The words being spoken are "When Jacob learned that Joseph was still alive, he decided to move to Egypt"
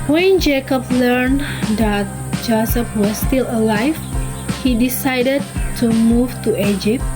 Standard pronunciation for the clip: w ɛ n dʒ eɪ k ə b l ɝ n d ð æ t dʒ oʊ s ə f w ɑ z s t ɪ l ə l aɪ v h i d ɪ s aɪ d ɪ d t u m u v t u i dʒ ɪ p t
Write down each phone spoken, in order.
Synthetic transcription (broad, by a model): w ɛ n dʒ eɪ k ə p l ɝ n d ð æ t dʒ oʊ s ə p w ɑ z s t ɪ l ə l aɪ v h i d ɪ s aɪ d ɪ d t u m u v t u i dʒ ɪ p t